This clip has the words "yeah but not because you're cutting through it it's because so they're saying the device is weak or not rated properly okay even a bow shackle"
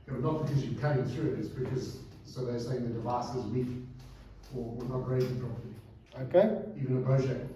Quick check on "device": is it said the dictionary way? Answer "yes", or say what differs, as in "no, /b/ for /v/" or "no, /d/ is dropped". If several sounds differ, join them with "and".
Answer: yes